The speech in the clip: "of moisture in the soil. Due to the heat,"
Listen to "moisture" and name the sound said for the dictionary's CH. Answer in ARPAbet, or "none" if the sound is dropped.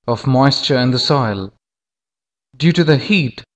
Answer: CH